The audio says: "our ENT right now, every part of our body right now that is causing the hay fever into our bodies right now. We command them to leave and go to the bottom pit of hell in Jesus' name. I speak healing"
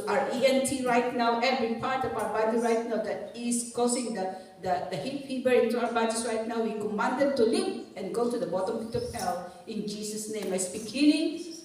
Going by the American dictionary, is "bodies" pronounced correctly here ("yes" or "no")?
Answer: no